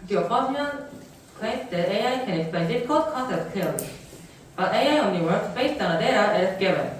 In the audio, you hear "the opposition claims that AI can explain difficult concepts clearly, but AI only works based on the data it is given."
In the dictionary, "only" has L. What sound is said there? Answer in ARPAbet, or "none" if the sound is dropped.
none